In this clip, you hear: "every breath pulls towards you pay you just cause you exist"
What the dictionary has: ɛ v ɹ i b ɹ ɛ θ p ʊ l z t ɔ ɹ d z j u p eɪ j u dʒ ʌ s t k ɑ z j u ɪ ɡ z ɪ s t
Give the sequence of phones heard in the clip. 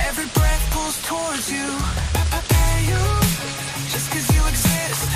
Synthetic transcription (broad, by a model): ɛ v ɹ i b ɹ ɛ θ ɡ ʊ z t ɔ ɹ d z j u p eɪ j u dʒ ʌ s k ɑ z j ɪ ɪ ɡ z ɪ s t